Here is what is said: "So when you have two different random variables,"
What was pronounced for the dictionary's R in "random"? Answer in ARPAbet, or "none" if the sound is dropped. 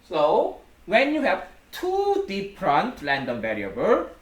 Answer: L